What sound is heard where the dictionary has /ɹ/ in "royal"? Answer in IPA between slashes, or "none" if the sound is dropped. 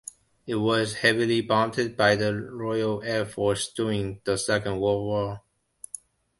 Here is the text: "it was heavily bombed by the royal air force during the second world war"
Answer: /ɹ/